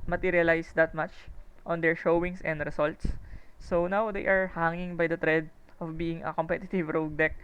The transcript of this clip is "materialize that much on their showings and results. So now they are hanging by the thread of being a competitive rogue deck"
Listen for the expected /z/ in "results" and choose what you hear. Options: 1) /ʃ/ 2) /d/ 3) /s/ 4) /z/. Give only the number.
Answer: 3